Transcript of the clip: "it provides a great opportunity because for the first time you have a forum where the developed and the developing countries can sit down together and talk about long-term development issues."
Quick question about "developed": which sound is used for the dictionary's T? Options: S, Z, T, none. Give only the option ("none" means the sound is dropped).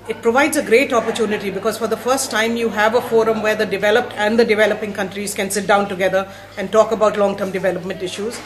T